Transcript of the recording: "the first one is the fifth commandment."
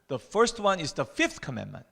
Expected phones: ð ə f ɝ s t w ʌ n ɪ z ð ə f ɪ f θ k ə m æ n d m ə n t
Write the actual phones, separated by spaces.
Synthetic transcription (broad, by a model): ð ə f ɝ s t w ʌ n ɪ z ð ə f ɪ f θ k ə m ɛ n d m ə n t